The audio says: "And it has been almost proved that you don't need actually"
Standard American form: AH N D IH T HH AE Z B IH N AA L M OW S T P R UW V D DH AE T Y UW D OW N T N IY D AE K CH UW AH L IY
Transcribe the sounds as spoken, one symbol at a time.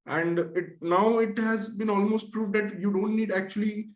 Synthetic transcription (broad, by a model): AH N D IH T HH AE Z B IH N AA L M OW S T P R UW V D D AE T Y UW D OW N T N IY D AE K CH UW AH L IY